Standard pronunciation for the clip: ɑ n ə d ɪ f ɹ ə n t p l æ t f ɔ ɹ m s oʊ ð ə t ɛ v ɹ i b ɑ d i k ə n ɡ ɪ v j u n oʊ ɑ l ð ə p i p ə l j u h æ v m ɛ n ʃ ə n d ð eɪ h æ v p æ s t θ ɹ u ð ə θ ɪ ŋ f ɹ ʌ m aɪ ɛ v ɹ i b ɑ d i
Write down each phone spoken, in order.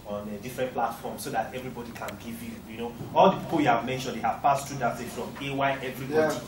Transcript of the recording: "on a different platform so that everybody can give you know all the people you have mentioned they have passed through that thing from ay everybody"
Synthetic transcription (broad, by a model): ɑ n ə d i f ɹ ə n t p l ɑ t f ɔ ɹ m s oʊ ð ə t ɛ v ɹ i b ɑ d i k ə n ɡ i v j u n oʊ ɑ l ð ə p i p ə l j u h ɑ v m ɛ n ʃ ə n d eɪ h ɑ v p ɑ s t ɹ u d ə s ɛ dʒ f ɹ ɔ m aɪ ɛ v ɹ i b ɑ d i